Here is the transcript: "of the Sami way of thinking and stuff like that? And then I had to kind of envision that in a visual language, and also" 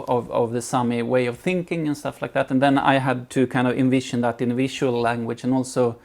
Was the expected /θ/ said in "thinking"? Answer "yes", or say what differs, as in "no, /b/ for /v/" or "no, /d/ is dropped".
yes